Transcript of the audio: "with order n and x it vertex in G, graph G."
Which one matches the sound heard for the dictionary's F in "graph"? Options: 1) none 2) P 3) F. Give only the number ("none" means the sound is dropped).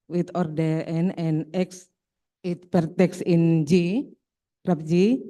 2